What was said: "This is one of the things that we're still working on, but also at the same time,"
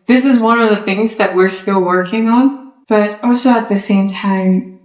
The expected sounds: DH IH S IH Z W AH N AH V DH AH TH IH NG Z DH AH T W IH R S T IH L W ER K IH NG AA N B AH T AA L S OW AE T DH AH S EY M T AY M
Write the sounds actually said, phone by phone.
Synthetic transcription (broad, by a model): DH IH S IH Z W AH N AH V DH AH TH IH NG Z DH AH T W IH R S T IH L W ER K IH NG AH N B AH T AA L S OW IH T DH AH S EY M T AY M